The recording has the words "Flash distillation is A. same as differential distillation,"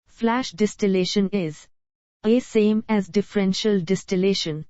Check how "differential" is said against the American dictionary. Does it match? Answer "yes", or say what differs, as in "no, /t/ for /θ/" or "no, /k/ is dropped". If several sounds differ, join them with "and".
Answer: yes